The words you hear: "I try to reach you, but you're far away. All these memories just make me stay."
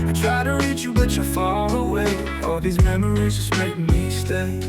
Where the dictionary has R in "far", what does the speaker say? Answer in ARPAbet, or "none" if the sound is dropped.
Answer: L